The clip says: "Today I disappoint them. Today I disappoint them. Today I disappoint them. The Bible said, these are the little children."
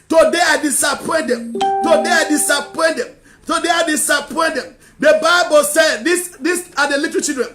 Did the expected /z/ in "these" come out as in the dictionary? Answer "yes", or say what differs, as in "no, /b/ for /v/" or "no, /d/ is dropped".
no, /s/ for /z/